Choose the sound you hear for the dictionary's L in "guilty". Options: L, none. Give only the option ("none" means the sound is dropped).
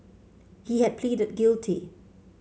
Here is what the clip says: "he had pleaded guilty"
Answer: L